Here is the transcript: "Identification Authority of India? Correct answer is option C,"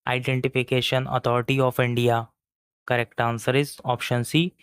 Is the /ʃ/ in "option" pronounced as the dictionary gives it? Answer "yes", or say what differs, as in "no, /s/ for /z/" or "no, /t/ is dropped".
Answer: yes